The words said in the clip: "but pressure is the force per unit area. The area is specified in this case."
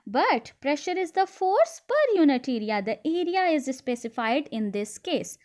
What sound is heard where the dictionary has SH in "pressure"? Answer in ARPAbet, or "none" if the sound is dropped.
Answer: SH